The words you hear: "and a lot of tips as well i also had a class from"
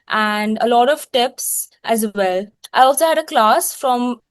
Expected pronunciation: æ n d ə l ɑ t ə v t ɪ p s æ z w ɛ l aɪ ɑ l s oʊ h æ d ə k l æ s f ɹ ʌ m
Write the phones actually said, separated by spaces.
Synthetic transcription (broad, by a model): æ n d ə l ɑ t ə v t ɪ p s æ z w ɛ l aɪ ɑ l s oʊ h æ d ə k l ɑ s f ɹ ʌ m